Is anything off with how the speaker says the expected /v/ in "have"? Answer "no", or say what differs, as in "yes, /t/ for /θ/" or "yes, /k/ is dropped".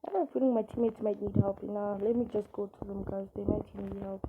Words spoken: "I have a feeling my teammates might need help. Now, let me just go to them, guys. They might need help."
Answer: yes, /p/ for /v/